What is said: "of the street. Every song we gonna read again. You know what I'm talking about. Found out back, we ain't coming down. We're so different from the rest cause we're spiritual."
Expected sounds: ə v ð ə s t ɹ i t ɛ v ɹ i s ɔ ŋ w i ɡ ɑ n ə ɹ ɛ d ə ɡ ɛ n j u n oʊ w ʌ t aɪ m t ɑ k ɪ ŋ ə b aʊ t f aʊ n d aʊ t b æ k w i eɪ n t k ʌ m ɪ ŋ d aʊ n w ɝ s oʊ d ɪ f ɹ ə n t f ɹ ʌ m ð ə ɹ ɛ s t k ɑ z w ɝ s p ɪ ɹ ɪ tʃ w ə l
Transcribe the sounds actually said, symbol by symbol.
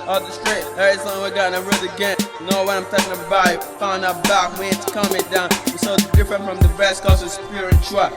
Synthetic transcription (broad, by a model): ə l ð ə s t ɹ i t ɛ ɹ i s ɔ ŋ w i ɡ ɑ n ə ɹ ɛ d ə ɡ ɛ n n oʊ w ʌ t aɪ m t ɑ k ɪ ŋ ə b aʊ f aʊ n aʊ b æ k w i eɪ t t k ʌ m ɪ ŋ d aʊ n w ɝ s oʊ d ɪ f ɹ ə n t f ɹ ʌ m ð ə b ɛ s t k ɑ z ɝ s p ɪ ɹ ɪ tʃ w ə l